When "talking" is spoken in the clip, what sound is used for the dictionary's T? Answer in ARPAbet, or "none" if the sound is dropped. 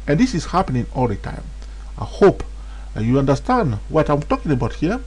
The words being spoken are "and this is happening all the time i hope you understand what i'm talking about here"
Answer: T